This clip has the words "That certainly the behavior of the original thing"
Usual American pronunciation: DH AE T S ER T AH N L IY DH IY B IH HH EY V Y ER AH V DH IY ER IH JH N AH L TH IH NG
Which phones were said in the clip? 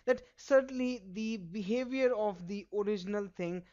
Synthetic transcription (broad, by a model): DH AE T S ER T AH N L IY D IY B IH HH EY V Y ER AH V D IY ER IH JH N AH L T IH NG